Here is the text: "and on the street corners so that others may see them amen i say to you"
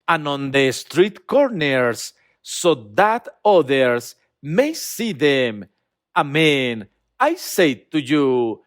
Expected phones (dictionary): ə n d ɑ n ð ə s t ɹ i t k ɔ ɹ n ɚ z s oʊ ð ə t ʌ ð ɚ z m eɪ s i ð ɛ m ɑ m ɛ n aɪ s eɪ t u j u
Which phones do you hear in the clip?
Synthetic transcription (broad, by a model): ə n ɑ n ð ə s t ɹ i t k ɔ ɹ n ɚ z s oʊ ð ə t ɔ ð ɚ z m eɪ s i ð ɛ m ɑ m ɛ n aɪ s eɪ t u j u